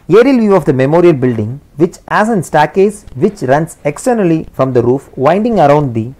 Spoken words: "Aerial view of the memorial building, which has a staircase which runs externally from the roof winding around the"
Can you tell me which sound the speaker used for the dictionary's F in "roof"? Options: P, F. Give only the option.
F